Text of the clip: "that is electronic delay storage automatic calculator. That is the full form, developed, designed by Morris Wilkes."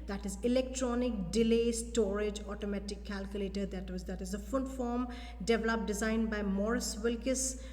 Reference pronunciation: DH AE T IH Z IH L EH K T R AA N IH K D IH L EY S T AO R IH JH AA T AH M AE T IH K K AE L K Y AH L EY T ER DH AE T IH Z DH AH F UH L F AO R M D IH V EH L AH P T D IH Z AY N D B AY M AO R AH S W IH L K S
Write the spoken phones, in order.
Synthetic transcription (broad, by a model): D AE T IH Z IH L EH K T R AA N IH K D IH L EY S T AO R IH JH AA T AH M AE T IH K K AE L K Y AH L EY T ER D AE T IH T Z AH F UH N F AO R M D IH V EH L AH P D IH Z AY N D B AY M AO R AH S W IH L K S